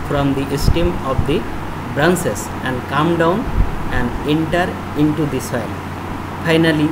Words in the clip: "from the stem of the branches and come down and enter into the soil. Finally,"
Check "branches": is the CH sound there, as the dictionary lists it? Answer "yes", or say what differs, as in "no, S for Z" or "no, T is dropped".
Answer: no, S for CH